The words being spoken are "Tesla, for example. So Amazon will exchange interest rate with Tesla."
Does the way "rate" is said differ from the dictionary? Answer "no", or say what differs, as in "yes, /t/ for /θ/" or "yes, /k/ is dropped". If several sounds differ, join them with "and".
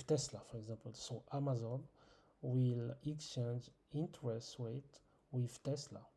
yes, /w/ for /ɹ/